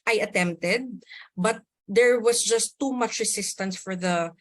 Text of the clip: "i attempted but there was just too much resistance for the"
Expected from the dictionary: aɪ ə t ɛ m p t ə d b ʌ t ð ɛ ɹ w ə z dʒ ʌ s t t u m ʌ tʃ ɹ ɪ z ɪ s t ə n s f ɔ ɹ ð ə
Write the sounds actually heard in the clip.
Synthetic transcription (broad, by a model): aɪ ə t ɛ m p t ə d b ʌ t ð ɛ ɹ w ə s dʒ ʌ s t t u m ʌ tʃ ɹ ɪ s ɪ s t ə n s f ɔ ɹ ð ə